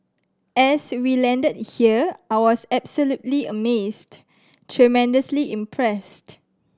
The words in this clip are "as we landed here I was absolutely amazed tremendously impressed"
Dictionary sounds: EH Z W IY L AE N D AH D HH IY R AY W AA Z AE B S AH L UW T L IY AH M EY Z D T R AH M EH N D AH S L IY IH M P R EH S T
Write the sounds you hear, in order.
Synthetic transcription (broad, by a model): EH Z W IY L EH N D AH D HH IY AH AY W AA S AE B S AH L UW T L IY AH M EY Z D T R AH M EH N D AH S L IY IH M P R EH S T